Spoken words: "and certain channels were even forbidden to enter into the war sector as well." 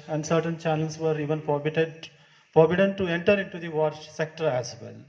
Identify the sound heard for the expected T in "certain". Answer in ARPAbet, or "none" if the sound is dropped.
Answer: T